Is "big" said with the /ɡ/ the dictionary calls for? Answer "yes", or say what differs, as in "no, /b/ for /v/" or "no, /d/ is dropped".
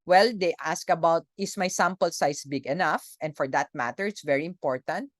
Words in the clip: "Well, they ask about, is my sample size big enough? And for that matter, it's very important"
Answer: yes